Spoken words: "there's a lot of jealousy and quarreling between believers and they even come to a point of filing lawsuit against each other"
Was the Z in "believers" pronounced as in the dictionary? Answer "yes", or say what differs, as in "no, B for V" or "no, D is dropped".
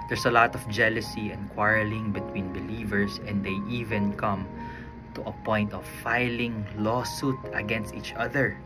no, S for Z